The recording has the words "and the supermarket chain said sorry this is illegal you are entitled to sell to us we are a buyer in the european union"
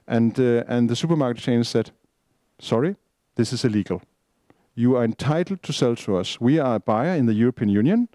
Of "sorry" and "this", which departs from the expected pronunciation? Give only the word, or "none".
none